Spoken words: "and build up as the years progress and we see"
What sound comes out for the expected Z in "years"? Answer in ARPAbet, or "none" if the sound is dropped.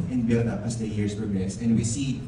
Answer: S